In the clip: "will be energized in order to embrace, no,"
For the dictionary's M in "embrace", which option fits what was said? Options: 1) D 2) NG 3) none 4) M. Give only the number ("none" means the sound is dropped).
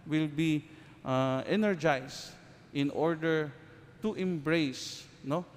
4